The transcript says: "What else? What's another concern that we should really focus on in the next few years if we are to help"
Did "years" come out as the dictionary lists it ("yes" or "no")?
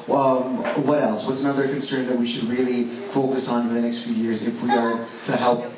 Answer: yes